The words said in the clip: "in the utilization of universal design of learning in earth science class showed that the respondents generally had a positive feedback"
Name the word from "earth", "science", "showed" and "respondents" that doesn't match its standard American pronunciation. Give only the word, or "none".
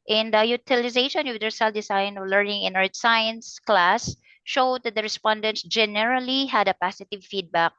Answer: earth